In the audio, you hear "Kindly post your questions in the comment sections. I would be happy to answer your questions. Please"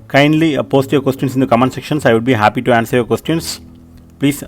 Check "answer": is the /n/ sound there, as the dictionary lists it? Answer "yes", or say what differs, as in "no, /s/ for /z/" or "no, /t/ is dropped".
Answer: yes